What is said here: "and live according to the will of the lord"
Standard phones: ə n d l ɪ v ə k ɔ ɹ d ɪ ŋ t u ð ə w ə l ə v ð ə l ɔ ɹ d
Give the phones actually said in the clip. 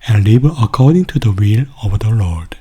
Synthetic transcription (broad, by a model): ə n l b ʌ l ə k ɔ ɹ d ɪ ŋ t u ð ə w ə l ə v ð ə l ɔ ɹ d